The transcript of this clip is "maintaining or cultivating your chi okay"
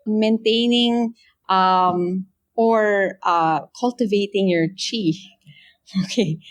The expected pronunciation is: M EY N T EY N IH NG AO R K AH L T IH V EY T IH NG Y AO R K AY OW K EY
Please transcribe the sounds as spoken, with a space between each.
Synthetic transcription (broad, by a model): M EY N T EY N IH NG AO R K AH L T IH V EY T IH NG Y AO R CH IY OW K EY